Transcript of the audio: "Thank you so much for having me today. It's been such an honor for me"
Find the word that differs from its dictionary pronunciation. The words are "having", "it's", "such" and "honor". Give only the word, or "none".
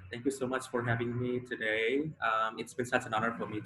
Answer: such